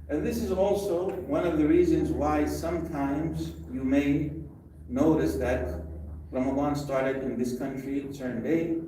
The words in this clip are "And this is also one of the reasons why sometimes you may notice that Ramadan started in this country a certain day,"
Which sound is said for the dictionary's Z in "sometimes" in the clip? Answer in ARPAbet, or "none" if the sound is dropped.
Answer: Z